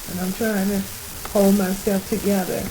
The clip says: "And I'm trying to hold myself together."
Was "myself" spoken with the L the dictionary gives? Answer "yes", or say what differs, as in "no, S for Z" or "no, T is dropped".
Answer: no, L is dropped